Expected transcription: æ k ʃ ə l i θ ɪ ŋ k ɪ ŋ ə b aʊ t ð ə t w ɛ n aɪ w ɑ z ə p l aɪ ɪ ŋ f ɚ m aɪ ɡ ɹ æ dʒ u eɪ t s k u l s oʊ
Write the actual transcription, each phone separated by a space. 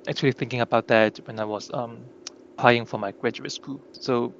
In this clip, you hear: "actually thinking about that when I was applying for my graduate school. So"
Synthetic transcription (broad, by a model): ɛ k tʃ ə l i θ ɪ ŋ k ɪ ŋ ə b aʊ t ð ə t w ɛ n aɪ w ɑ s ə p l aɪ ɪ ŋ f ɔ m aɪ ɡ ɹ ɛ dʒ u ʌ t s k u l s oʊ